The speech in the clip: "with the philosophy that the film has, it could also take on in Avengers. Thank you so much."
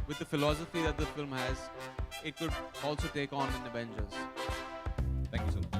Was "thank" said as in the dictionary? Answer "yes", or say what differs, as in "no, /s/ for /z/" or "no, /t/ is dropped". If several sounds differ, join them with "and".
no, /t/ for /θ/